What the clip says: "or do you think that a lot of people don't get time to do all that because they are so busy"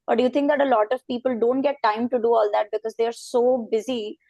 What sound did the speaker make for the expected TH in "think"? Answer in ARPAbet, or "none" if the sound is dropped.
T